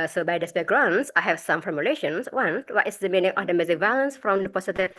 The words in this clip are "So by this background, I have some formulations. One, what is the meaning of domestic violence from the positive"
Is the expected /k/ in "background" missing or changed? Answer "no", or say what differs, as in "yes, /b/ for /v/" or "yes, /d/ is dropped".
yes, /k/ is dropped